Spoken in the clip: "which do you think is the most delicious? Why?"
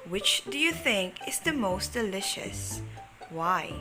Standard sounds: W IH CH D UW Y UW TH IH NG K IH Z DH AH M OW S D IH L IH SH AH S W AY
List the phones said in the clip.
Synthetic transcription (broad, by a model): W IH CH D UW Y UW TH IH NG K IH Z DH AH M OW S D IH L IH SH AH S W AY